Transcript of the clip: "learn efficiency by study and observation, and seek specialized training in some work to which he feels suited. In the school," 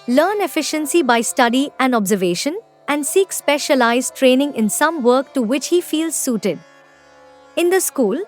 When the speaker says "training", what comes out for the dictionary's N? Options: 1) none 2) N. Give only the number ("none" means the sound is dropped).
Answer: 2